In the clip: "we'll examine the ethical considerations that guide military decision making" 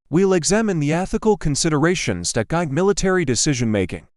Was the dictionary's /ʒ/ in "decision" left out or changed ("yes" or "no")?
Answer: no